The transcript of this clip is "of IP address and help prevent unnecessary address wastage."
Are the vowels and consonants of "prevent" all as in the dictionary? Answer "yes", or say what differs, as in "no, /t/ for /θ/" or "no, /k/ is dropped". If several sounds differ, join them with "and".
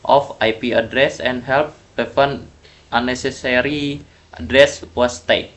no, /ɹ/ is dropped